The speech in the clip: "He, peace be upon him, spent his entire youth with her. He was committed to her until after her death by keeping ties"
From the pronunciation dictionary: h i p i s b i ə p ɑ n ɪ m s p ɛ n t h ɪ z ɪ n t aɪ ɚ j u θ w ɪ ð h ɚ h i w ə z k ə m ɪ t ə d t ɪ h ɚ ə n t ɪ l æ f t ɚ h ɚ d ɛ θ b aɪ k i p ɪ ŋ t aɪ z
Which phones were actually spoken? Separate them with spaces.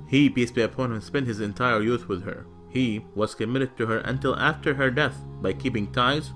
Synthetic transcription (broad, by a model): h i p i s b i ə p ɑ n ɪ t s p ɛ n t h ɪ z ɪ n t aɪ ɚ j u θ w ɪ ð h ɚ h i w ə z k ə m ɪ t ə d t ɪ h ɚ ə n t ɪ l æ f t ɚ h ɚ d ɛ θ b aɪ k i p ɪ ŋ t aɪ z